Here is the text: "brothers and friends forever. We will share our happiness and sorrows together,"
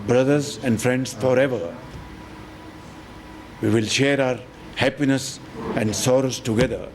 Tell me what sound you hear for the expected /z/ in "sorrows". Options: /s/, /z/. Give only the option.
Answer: /s/